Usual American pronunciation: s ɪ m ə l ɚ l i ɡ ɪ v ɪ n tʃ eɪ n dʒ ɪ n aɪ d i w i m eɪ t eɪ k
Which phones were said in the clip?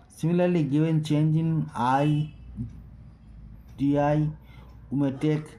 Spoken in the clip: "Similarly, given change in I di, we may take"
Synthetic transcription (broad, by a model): s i m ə l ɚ l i ɡ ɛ w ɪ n tʃ eɪ n dʒ ɪ n aɪ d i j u m eɪ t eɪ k